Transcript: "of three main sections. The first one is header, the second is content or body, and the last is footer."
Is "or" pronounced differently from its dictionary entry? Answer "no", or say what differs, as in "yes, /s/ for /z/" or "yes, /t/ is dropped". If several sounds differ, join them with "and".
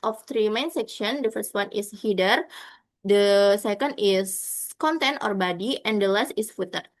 no